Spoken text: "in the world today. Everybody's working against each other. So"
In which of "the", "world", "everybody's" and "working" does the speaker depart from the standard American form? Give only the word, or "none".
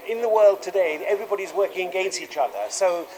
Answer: none